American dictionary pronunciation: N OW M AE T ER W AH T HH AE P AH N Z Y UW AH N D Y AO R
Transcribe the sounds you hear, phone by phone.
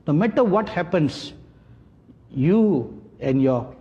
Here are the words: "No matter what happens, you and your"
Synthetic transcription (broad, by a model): N OW M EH T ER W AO T HH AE P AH N S Y UW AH N Y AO